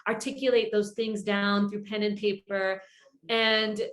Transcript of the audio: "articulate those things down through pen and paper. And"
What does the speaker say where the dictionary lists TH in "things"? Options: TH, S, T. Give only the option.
TH